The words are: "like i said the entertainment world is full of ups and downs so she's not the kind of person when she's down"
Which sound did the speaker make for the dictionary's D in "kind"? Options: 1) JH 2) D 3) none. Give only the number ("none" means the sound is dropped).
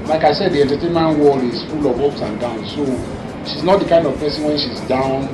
2